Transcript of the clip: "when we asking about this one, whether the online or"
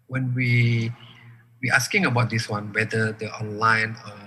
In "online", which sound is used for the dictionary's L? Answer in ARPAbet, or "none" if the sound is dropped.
L